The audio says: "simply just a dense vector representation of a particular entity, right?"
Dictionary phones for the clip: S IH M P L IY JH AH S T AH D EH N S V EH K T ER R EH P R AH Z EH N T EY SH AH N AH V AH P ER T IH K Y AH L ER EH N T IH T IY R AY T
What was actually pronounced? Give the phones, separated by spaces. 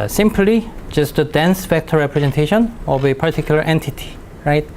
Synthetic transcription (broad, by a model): S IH M P L IY JH AH S T AH D EH N S F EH K T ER R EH P R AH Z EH N T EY SH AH N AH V AH P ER T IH K Y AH L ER EH N T IH T IY R AY T